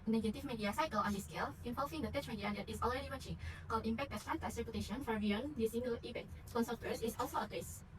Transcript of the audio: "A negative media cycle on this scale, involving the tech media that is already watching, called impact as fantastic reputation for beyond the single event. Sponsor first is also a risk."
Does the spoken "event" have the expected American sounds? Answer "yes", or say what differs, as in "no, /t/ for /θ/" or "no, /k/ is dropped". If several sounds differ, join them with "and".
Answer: no, /p/ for /v/